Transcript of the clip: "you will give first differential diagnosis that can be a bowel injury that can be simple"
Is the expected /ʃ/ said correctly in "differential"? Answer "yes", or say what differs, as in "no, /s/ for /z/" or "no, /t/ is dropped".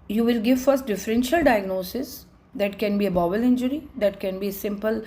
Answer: yes